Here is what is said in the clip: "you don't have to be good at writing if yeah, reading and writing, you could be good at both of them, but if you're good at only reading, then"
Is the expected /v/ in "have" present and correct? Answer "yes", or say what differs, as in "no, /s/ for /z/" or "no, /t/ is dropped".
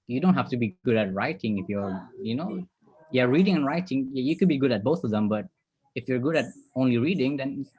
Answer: no, /f/ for /v/